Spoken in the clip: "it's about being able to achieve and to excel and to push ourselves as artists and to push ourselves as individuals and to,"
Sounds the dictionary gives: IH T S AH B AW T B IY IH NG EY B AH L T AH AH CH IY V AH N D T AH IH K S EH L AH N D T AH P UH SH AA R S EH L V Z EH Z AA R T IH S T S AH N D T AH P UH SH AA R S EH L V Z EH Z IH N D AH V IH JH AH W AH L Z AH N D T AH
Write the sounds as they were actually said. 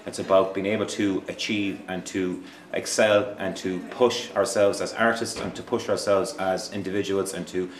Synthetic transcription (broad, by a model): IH T S AH B AW T B IY IH NG EY B AH L T AH AH CH IY V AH N T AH IH K S EH L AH N T AH P UH SH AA R S EH L V Z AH Z AA R T IH S T S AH N T AH P UH SH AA R S EH L V Z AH Z IH N D AH V IH JH AH W AH L Z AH N T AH